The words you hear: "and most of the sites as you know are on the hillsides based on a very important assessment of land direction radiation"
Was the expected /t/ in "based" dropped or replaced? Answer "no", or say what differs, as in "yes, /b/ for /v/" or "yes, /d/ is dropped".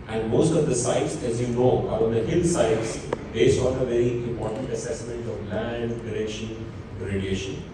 yes, /t/ is dropped